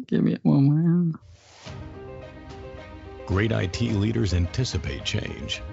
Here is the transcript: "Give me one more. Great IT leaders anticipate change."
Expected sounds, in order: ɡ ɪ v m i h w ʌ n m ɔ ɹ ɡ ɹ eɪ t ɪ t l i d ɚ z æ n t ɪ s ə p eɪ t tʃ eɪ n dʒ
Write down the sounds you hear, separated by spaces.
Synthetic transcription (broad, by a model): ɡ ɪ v m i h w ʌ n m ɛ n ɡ ɹ eɪ t ɪ t l i d ɚ z æ n t ɪ s ə p eɪ t tʃ eɪ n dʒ